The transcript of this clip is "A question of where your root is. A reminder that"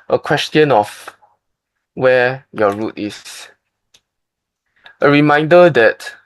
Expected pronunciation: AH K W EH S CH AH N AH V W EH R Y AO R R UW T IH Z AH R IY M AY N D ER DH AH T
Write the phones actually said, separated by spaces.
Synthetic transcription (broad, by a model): AH K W EH S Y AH N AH F W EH Y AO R R UW T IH S AH R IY M AY N D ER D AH T